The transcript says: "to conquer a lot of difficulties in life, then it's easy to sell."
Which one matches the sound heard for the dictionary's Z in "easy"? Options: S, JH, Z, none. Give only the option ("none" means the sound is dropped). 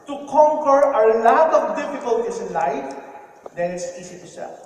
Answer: S